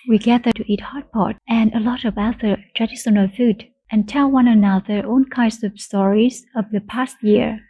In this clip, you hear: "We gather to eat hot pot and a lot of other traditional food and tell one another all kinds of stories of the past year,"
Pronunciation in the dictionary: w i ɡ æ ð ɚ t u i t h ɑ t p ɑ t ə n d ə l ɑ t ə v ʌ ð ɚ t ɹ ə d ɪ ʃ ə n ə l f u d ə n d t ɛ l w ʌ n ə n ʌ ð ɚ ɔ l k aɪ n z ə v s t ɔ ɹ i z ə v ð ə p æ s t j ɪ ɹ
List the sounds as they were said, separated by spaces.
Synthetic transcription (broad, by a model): w i ɡ æ ð ɚ t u i t h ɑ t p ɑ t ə n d ə l ɑ t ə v ʌ ð ɚ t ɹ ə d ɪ s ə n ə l f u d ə n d t ɛ l w ʌ n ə n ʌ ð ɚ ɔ n k aɪ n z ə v s t ɔ ɹ i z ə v ð ə p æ s t j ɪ ɹ